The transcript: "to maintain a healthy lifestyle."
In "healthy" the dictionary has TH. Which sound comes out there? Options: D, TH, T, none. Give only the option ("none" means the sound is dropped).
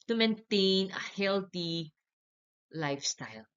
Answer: T